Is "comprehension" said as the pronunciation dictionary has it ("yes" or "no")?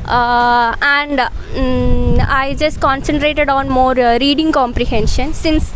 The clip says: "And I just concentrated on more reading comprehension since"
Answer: yes